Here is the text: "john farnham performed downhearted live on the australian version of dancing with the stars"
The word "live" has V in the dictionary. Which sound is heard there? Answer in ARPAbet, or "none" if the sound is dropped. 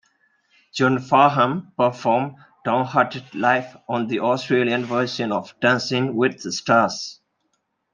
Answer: F